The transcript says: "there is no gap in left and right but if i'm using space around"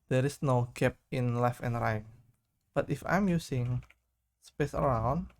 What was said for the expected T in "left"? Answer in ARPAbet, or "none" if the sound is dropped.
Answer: none